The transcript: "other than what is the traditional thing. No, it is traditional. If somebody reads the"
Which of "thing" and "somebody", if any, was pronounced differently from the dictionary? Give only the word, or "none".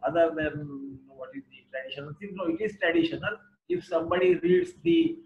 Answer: thing